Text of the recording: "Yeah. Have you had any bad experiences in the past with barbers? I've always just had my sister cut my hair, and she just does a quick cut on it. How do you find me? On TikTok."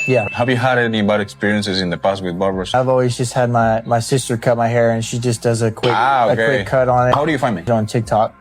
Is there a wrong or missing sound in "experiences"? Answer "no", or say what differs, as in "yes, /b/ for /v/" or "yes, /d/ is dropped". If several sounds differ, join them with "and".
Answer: no